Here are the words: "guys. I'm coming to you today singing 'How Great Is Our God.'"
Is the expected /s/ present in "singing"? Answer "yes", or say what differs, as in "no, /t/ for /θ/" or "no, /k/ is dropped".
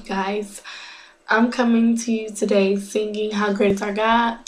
no, /θ/ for /s/